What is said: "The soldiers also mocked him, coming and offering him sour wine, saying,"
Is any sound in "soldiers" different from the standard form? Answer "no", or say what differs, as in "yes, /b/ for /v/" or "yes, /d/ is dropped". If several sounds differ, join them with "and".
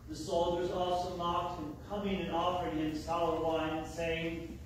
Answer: no